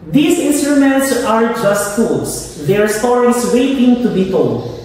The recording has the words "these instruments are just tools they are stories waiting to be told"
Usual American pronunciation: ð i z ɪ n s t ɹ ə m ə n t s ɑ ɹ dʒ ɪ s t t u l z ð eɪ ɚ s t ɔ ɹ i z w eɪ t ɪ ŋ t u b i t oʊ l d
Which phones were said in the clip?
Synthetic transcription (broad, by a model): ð i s ɪ n s t ɹ ə m ə n t s ɑ ɹ dʒ ɪ s t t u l s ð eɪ ɚ s t ɔ ɹ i s w eɪ t ɪ ŋ t u b i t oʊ l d